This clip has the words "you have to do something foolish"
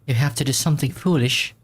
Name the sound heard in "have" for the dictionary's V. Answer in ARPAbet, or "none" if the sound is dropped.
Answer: F